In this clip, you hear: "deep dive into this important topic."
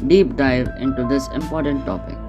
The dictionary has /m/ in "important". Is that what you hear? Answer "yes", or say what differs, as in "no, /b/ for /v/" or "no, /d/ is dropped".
yes